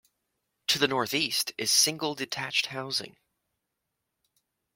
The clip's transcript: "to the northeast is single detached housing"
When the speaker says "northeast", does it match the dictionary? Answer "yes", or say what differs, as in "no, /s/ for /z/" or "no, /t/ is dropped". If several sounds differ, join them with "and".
yes